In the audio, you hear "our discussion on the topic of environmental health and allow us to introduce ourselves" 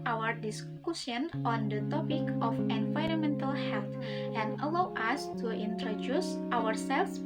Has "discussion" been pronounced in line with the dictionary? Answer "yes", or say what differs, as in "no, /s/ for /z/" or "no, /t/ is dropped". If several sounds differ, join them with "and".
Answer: no, /s/ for /ʃ/